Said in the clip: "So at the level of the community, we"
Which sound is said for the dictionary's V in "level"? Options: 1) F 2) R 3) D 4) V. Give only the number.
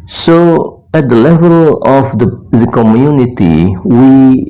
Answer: 4